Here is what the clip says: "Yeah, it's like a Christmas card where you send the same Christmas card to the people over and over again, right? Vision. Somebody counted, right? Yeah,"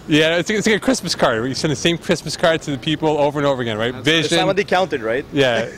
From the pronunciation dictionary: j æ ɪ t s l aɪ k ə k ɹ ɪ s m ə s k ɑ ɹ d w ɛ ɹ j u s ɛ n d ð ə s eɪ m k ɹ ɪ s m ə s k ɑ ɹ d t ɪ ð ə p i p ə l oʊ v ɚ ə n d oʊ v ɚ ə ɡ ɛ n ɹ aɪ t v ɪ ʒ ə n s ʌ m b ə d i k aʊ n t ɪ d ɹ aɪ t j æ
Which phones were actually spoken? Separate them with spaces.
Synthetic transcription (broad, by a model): j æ ɪ t s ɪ ə k ɹ ɪ s m ə s k ɑ ɹ d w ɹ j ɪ s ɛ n ð ə s eɪ m k ɹ ɪ s m ə s k ɑ ɹ d t ɪ ð ə p i p l oʊ v ɚ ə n oʊ v ɚ ə ɡ ɛ n ɹ aɪ t v ɪ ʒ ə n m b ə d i k aʊ n t ɪ d ɹ aɪ t j æ